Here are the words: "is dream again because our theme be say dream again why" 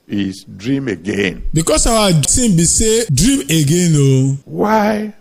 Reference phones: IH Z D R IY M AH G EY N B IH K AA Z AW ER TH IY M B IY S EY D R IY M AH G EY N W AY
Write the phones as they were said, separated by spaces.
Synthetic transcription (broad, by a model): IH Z D R IY M AH G EY N B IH K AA S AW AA S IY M B IY S EY D R IY M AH G EY N W AY